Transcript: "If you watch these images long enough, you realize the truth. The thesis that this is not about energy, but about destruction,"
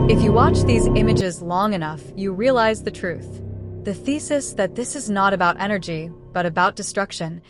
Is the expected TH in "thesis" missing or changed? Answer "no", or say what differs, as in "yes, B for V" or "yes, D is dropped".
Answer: no